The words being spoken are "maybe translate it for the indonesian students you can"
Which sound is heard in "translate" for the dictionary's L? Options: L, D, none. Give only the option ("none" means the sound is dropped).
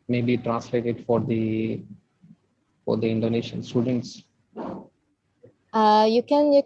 L